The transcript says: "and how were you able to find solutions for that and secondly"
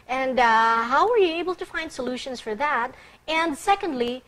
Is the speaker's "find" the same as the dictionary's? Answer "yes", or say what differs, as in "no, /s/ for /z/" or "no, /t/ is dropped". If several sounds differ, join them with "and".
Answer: yes